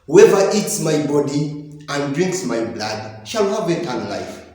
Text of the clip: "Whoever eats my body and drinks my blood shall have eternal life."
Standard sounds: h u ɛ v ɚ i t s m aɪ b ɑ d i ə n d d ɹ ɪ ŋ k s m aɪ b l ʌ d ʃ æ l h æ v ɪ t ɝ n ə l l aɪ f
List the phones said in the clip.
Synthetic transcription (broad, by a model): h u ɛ v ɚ i t s m aɪ b ɑ d i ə n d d ɹ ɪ ŋ k s m aɪ b l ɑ d ʃ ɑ l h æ v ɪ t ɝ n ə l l aɪ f